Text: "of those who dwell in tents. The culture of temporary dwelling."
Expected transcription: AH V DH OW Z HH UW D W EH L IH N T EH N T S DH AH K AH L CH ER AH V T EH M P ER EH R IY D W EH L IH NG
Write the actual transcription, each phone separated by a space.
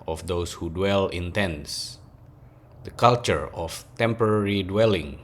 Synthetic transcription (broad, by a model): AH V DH OW S HH UW D W EH L IH N T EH N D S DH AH K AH L CH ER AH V T EH M P ER EH R IY D W EH L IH NG